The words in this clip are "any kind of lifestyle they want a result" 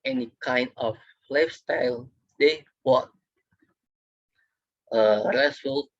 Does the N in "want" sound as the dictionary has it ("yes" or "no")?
no